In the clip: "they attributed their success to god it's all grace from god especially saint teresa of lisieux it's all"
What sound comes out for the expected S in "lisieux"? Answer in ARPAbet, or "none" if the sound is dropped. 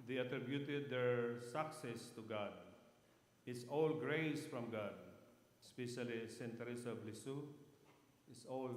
S